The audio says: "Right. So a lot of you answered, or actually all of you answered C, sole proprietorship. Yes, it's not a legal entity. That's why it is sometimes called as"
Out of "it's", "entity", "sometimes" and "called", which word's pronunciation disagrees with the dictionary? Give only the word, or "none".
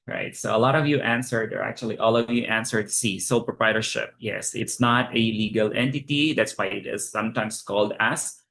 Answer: sometimes